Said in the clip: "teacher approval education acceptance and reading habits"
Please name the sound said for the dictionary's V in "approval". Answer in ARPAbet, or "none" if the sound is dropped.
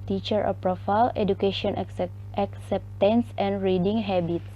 F